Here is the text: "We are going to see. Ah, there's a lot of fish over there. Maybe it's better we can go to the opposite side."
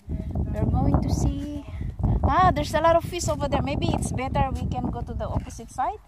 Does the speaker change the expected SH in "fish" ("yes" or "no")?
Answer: yes